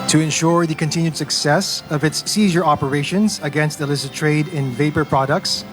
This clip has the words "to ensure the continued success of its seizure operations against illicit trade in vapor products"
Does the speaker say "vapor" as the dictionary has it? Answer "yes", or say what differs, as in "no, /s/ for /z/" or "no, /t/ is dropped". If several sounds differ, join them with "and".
yes